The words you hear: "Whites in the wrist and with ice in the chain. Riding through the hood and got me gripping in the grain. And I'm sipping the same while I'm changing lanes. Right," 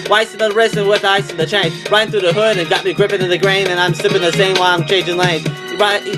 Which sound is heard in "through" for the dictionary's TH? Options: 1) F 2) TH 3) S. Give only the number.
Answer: 2